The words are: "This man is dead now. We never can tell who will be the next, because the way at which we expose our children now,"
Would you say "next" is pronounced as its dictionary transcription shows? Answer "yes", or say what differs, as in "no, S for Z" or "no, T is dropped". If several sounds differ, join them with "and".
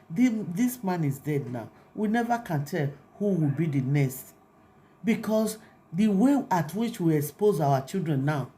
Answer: no, K is dropped